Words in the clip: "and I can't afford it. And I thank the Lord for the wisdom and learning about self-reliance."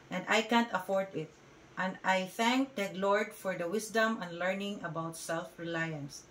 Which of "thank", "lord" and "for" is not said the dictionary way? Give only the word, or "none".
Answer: none